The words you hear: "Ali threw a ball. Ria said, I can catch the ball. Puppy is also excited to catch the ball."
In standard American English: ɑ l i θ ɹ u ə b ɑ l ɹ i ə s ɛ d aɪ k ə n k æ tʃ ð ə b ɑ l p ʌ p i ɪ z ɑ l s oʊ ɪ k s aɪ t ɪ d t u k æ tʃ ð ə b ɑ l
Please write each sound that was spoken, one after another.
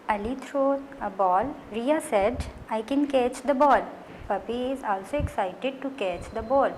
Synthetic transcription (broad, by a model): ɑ l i t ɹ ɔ ə b ɑ l ɹ i ə s ɛ d aɪ k ə n k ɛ tʃ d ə b ɑ l p ʌ p i ɪ z ɑ l s oʊ ɪ k s aɪ t ɪ d t u k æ tʃ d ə b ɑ l